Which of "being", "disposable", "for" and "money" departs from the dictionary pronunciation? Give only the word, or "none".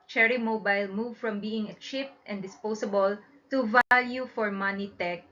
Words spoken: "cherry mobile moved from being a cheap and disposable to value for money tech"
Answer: disposable